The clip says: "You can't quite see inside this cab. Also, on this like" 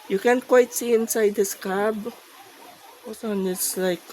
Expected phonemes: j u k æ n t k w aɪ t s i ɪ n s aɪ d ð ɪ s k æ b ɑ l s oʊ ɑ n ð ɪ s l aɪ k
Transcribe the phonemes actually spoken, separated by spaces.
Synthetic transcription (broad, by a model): j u k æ n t k w aɪ t s i ɪ n s aɪ d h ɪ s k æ b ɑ s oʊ ɑ n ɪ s l aɪ k